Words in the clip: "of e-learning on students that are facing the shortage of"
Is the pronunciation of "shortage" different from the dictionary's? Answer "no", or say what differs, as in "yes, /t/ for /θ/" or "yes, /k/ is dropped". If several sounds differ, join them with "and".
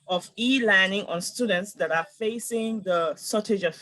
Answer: yes, /s/ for /ʃ/